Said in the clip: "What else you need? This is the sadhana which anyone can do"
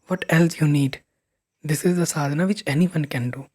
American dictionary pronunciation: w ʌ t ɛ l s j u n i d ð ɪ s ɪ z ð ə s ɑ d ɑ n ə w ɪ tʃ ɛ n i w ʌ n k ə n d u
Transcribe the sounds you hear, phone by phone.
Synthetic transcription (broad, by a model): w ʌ t ɛ l s j u n i d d ɪ s ɪ z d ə s ɑ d n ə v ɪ tʃ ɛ n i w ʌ n k ə n d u